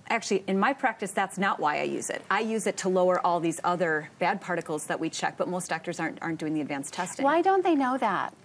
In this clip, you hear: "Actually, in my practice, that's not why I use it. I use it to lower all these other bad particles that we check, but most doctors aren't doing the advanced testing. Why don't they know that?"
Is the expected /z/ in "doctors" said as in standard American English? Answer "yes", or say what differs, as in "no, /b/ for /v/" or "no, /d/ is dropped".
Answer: yes